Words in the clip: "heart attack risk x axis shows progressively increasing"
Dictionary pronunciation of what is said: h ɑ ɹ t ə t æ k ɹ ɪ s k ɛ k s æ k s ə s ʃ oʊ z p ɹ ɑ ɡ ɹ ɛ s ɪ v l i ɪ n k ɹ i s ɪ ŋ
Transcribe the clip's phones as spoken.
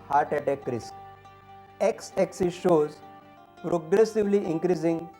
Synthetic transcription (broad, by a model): h ɑ ɹ t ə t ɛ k ɹ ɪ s ɛ k s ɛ k s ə ʃ oʊ z p ɹ ɑ ɡ ɹ ɛ s ɪ v l i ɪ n k ɹ i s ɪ ŋ